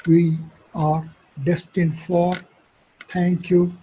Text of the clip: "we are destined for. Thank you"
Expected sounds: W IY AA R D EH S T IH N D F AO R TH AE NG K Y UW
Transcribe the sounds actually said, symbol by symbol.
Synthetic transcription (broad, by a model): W IY AA R D EH S T IH N D F AO R T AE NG K Y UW